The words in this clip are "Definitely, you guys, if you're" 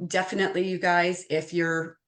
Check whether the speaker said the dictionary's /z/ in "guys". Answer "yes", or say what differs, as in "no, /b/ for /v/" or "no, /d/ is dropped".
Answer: yes